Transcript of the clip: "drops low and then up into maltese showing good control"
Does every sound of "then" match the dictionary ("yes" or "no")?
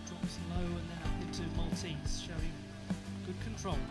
no